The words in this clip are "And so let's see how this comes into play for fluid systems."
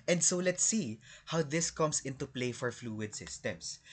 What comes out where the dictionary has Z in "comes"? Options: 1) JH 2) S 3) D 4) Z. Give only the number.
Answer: 2